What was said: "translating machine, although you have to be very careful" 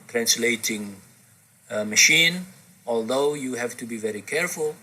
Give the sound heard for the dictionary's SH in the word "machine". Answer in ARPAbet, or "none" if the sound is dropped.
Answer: SH